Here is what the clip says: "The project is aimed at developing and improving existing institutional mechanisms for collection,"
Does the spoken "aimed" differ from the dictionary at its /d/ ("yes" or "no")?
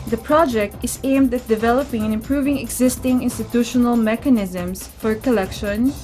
no